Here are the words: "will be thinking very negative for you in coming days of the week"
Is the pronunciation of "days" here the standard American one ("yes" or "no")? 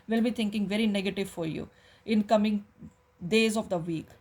yes